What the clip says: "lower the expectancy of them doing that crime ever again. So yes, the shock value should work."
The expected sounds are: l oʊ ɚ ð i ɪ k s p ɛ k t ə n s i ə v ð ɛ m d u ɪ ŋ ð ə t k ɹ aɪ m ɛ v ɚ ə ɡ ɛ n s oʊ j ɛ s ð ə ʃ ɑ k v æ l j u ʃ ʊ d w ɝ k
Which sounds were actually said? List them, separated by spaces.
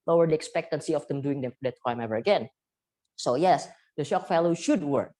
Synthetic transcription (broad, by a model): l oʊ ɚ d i ɪ k s p ɛ k t ə n s i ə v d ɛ m d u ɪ ŋ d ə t k ɹ aɪ m ɛ v ɚ ə ɡ ɛ n s oʊ j ɛ s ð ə ʃ ɑ k f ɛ l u ʃ ʊ d w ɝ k